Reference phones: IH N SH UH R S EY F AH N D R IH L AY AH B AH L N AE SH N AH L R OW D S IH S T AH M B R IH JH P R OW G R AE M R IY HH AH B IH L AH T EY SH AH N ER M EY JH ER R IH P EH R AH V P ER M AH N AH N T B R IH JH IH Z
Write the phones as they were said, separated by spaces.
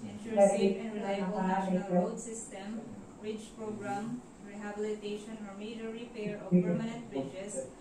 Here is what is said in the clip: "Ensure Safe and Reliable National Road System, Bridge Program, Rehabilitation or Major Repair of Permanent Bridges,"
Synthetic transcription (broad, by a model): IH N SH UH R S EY AH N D R IH L AY AH B AH L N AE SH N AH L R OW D S IH S T AH M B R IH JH P R OW G R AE M R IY HH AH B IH L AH T EY SH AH N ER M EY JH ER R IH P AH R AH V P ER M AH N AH N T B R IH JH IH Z